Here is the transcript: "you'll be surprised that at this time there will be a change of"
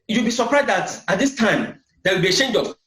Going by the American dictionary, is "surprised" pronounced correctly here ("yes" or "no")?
yes